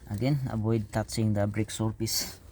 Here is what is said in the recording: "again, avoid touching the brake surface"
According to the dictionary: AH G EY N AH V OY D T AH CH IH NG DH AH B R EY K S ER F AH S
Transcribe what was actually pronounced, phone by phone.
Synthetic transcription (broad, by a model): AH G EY N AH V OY D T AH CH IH NG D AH B R EY K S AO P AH S